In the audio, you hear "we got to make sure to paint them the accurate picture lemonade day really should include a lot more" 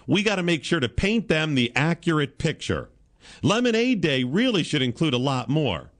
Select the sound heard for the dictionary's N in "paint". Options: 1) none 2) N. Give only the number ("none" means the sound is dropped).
2